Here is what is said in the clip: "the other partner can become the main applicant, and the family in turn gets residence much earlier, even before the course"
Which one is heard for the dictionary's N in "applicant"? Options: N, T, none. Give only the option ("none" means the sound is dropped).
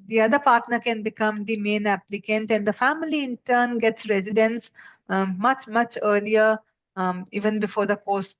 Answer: N